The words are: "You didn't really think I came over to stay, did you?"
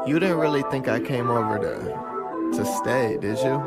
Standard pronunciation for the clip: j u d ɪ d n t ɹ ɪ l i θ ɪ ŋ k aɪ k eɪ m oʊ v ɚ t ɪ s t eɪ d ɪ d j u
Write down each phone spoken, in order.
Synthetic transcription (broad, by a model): j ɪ d ɪ d n t ɹ ɪ l i θ ɪ ŋ k aɪ k eɪ m oʊ v ɚ t ɪ s t eɪ d ɪ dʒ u